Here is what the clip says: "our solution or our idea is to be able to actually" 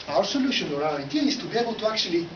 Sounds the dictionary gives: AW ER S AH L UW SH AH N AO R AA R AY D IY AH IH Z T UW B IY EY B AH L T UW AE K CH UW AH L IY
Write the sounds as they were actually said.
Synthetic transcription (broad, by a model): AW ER S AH L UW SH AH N AO R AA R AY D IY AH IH S T UW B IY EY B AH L T UW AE K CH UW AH L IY